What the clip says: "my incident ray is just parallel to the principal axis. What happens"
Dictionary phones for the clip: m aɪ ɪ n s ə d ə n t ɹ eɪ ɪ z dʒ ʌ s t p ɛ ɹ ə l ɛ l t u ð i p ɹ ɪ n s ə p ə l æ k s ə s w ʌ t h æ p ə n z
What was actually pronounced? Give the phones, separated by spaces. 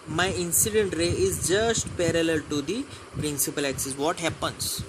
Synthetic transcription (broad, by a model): m aɪ ɪ n s ə d ə n t ɹ eɪ ɪ z dʒ ʌ s t p ɛ ɹ ə l ɛ l t u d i p ɹ ɪ n s ə p ə l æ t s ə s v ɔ t h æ p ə n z